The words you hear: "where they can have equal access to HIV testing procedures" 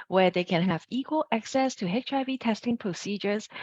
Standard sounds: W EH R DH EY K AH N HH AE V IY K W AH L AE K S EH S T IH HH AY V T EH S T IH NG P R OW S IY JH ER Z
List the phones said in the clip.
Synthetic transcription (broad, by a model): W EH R DH EY K AH N HH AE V IY K W AH L AE K S EH S T IH HH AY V T EH S T IH NG P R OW S IY JH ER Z